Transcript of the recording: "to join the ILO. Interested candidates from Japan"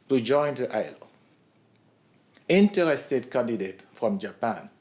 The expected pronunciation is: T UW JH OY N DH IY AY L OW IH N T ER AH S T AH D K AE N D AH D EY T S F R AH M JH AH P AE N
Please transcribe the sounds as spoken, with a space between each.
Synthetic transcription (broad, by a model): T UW JH OY N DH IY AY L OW IH N T ER AH S T AH D K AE N D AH D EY T F R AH M JH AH P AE N